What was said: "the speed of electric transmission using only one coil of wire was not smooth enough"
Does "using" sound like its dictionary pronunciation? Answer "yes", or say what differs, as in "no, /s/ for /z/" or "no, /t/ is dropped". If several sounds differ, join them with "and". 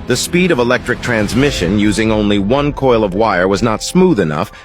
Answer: yes